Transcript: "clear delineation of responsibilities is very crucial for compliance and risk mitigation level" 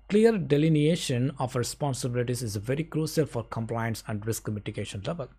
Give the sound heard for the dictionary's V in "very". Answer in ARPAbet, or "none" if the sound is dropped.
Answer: V